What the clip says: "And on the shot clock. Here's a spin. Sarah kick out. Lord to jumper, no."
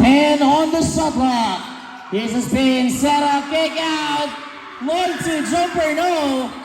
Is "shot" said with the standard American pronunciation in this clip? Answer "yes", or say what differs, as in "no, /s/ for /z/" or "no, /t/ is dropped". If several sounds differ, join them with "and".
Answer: no, /s/ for /ʃ/